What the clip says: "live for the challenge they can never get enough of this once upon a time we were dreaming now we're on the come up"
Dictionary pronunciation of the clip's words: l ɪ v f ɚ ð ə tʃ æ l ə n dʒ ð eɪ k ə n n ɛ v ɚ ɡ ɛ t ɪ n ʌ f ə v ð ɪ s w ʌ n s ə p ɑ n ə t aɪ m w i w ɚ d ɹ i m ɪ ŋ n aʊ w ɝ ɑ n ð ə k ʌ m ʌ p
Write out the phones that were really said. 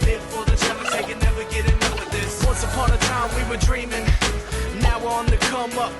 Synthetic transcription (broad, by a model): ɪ f ɚ ð ə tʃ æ ə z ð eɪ k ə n n ɛ v ɚ ɡ ɛ t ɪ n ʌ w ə ð ɪ s w ʌ n s ə p ɑ n ə t aɪ m w i w ɚ d ɹ i m ɪ ŋ n aʊ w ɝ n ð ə k ʌ m ʌ p